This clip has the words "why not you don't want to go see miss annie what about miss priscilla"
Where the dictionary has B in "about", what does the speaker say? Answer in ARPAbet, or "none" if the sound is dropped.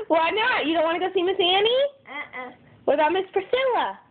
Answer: none